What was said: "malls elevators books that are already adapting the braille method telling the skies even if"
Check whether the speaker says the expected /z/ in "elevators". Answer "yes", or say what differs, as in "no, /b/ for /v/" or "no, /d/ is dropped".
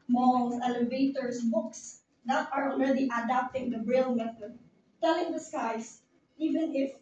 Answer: no, /s/ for /z/